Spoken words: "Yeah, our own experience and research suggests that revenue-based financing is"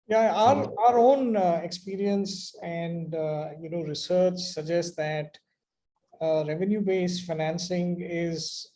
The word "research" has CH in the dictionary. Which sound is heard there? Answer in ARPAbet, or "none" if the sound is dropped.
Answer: CH